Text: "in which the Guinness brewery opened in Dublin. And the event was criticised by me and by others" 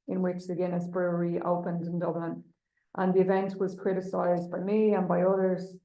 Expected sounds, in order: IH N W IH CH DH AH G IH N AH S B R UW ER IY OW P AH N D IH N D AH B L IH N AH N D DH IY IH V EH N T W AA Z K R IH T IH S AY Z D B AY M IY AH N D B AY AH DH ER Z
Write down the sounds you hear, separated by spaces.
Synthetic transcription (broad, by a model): IH N W IH CH DH AH G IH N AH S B R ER IY OW P AH N D IH N D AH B L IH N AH N DH IY IH V EH N T W AA Z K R IH T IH S AY Z B AY M IY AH N B AY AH DH ER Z